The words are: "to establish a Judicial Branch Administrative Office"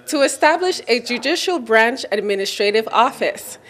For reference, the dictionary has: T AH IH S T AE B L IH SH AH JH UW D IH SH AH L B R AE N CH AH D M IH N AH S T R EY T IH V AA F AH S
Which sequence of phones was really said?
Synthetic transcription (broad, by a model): T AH IH S T AE B L IH SH AH JH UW D IH SH L B R AE N CH AH D M IH N AH S T R EY T IH V AA F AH S